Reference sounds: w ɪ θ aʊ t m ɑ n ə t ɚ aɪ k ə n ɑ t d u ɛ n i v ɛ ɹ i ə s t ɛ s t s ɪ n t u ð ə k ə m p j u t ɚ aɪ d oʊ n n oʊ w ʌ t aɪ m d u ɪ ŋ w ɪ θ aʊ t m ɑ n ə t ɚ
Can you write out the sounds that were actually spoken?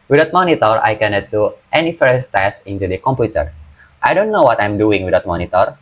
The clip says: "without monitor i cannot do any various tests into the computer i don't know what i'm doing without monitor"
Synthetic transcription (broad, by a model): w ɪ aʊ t m ɑ n ə t ɚ aɪ k ə n ɑ t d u ɛ n i f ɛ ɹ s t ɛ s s ɪ n t u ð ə k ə m p j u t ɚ aɪ d oʊ n n oʊ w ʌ t aɪ m d u ɪ ŋ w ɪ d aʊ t m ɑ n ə t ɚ